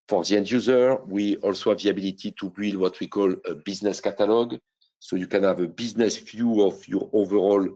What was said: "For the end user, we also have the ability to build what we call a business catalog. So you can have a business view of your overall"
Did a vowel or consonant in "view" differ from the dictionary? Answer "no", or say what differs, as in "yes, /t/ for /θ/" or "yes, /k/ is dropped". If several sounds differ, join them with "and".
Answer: yes, /f/ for /v/